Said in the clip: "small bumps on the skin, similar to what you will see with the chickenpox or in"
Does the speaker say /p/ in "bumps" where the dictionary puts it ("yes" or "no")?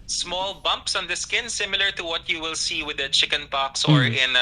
yes